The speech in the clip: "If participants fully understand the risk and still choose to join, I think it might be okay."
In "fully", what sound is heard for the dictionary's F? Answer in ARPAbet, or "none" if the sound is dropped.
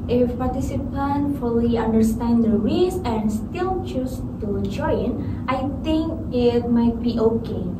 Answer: F